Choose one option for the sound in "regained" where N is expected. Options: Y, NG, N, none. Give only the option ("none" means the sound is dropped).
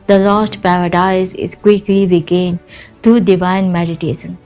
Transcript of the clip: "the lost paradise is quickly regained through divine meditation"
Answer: N